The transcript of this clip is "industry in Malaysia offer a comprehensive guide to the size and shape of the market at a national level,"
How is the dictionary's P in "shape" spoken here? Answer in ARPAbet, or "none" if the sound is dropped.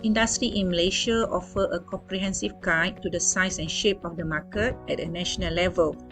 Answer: P